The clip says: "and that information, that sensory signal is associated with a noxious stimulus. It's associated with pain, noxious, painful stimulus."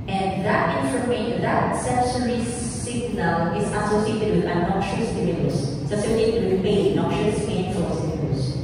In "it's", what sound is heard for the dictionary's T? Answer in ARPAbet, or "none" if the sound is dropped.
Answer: S